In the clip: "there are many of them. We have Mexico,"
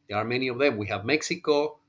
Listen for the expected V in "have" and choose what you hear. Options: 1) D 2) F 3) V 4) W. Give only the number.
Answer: 3